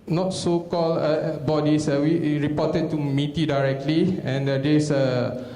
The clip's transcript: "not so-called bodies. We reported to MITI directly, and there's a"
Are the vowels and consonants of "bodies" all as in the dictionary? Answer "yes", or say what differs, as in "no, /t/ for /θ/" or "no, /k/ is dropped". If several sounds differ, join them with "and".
no, /s/ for /z/